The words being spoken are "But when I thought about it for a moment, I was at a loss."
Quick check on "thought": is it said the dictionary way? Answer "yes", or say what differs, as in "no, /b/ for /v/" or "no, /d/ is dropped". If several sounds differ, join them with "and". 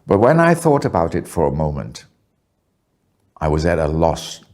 yes